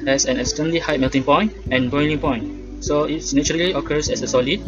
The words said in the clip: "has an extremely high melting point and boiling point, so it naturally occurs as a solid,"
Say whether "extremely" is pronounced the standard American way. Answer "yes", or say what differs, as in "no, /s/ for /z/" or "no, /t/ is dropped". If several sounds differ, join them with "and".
no, /m/ is dropped